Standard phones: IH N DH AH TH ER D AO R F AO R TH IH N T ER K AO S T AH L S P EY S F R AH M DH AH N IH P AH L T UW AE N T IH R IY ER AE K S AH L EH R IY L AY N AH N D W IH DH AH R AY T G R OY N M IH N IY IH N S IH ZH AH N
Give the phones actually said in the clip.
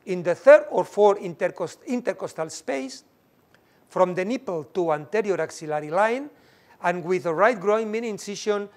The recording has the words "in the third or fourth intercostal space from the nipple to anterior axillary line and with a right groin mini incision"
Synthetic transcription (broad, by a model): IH N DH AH TH ER D AO R F AO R S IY N T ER K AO S T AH L S P EY S F R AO M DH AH N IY P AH L T UW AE N T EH R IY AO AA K S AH L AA R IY L AY N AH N W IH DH AH R AY T G R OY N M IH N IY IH N S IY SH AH N